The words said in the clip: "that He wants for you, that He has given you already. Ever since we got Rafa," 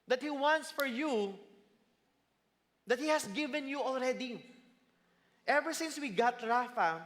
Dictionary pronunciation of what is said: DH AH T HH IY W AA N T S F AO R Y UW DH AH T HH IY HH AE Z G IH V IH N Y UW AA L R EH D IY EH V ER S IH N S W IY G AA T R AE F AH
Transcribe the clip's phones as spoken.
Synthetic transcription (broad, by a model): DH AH T HH IY W AA N T S F AO R Y UW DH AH T HH IY HH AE S G IH V IH N Y UW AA L R EH D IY EH V ER S IH N S W IY G AA T R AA F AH